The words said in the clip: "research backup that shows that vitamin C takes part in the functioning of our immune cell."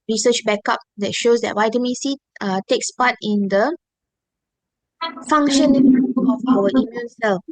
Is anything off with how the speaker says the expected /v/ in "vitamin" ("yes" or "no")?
yes